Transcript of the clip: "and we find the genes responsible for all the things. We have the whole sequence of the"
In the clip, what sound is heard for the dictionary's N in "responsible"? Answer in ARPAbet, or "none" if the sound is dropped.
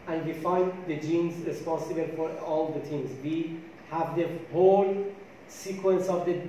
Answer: N